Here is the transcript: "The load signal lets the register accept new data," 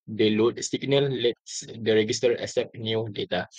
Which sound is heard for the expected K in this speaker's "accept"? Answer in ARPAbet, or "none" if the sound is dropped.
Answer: none